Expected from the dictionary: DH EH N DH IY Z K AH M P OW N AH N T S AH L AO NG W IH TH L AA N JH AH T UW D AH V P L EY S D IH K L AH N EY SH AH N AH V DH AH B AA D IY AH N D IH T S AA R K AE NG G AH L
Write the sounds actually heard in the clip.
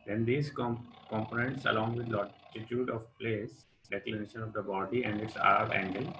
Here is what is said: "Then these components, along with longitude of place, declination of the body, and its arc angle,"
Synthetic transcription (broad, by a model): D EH N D IY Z K AH M P OW N AH N T S AH L AO NG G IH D L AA JH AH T UW D AH V P L EY S D IH K L AH N EY SH AH N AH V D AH B AA D IY AH N D IH T S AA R AE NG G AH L